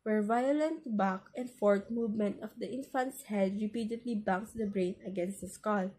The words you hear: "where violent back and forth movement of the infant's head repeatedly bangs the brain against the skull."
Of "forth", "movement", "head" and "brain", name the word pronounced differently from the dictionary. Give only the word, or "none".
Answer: forth